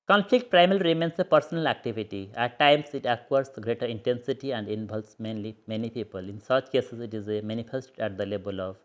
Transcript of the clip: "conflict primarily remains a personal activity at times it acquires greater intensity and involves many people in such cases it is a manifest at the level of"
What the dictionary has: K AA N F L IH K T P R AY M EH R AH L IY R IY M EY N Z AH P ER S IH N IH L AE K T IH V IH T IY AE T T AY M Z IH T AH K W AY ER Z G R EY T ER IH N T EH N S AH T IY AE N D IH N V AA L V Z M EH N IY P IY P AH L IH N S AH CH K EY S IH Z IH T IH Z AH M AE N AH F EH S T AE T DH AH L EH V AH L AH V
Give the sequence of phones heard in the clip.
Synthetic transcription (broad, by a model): K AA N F L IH K T P R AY M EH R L IY R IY M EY N S AH P ER S IH N IH L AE K T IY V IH T IY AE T T AY M S IH T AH K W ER S G R EY T ER IH N T EH N S AH T IY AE N D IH N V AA L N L M EH N IY P IY P AH L IH N S AH CH K EY S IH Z IH T IH Z AH M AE N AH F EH S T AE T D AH L EH B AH L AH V